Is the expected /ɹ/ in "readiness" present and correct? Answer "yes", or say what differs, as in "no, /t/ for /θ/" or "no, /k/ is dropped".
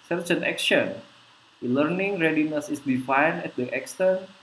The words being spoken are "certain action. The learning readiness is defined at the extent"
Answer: yes